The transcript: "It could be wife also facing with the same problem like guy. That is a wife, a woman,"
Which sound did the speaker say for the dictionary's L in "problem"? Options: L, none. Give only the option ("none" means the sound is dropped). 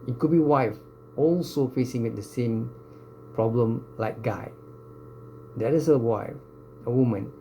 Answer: L